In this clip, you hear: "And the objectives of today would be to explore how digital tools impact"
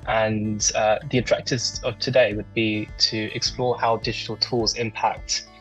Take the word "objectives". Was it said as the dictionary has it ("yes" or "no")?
no